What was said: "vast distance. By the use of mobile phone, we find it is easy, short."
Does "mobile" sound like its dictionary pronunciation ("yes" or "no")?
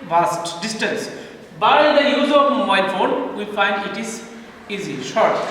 no